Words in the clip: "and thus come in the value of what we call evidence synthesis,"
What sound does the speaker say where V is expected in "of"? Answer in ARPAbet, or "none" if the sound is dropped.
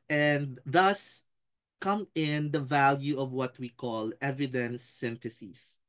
V